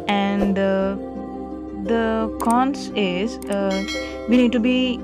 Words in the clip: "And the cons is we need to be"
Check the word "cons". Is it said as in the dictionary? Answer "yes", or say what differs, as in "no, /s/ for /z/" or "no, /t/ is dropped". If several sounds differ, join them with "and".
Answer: no, /s/ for /z/